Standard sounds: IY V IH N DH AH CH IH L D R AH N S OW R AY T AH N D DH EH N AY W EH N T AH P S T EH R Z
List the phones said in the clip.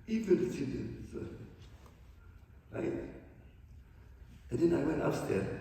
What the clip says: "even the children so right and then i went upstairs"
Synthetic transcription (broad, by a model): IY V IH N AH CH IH D AH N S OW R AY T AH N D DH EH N AY W EH N T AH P S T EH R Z